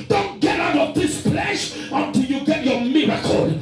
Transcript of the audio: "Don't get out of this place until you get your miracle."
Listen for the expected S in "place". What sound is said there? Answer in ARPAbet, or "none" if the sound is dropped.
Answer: SH